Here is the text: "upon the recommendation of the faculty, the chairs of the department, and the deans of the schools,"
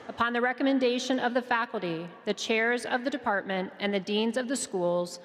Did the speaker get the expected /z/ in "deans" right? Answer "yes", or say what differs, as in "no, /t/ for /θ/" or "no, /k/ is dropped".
yes